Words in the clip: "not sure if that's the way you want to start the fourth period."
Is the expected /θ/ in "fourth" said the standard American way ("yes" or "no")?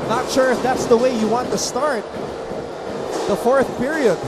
yes